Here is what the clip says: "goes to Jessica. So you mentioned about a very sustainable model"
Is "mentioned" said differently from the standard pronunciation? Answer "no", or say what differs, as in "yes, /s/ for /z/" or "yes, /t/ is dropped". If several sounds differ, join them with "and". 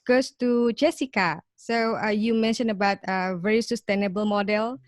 yes, /d/ is dropped